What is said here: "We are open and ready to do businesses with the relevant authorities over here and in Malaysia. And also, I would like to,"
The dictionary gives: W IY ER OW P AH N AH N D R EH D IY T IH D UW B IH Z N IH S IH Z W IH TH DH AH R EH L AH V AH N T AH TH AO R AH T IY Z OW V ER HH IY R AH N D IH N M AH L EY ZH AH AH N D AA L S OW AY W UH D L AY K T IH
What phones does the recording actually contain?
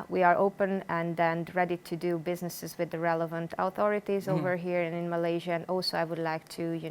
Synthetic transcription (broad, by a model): W IY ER OW P AH N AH N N R EH D IY T IH D UW B IH Z N IH S IH Z W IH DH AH R EH L AH V AH N T AH TH AO R AH T IY Z OW V ER HH IY R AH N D IH N M AH L EY ZH AH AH N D AA L S OW AY W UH D L AY K T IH